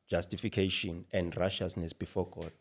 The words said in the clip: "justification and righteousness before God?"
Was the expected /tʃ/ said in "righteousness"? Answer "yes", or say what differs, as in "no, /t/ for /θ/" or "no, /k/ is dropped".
no, /ʃ/ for /tʃ/